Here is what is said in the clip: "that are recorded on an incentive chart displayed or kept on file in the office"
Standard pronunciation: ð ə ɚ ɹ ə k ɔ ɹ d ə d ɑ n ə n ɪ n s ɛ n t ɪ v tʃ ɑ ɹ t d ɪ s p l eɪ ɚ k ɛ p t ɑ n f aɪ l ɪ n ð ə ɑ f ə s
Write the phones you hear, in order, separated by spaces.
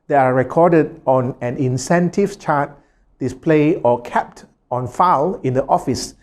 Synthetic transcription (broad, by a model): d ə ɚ ɹ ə k ɔ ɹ d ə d ɑ n ə n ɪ n s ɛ n t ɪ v tʃ ɑ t d ɪ s p l eɪ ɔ k ɛ p t ɑ n f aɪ l ɪ n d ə ɑ f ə s